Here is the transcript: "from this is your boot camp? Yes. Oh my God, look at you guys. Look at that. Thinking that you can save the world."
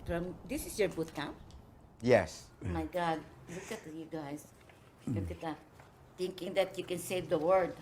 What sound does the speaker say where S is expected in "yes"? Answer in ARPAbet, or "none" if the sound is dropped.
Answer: S